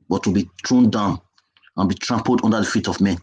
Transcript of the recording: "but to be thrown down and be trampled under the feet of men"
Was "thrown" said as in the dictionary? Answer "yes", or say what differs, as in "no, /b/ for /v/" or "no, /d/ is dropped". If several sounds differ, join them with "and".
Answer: no, /t/ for /θ/